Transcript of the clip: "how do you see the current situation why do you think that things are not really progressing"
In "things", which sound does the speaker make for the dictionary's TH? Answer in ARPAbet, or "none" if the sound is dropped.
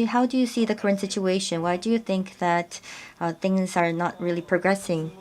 TH